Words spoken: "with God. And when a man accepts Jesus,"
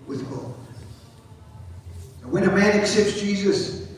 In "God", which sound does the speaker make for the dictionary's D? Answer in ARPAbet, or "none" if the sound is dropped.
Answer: none